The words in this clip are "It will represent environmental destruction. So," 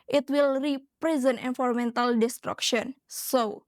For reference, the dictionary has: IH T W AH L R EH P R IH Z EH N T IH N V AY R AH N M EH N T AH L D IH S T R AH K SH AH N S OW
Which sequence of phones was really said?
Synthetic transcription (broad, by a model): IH T W AH L R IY P R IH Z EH N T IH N F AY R M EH N T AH L D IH S T R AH K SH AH N S OW